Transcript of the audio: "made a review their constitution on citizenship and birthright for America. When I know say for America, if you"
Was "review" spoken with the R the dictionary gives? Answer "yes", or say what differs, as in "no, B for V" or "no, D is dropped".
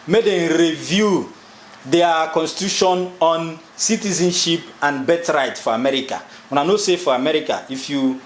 yes